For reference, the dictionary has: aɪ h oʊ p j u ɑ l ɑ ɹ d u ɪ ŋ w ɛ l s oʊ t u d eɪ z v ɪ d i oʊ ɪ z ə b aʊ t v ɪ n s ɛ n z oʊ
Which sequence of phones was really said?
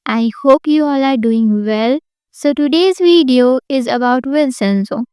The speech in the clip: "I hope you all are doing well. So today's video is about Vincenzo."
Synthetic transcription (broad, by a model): aɪ h oʊ p j u ɑ l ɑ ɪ d u ɪ ŋ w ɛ l s oʊ t u d eɪ z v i d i oʊ ɪ z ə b aʊ t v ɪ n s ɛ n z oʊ